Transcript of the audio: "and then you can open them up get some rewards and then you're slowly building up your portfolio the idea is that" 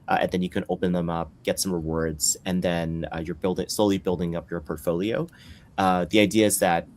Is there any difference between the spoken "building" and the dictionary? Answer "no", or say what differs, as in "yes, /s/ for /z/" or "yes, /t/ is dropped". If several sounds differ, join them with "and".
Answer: no